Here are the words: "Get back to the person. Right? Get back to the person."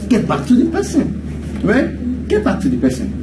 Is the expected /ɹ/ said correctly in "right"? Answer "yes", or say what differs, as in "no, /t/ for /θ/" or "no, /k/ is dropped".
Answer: no, /w/ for /ɹ/